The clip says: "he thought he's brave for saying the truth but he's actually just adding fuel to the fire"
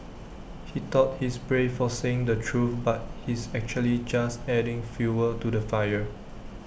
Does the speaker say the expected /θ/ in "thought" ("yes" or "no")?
no